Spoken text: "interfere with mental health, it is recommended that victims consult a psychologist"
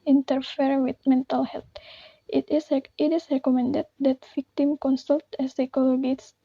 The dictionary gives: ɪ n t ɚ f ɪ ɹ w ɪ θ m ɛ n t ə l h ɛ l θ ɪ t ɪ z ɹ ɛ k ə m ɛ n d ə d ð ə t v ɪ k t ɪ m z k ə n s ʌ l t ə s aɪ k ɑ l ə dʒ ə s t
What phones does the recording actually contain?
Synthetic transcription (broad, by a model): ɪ n t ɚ f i ɹ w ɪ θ m ɛ n t ə l h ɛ l s ɪ t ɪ s ɹ ɛ k ə m ɛ n d ə d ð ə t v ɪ k t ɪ m k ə n s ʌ l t ə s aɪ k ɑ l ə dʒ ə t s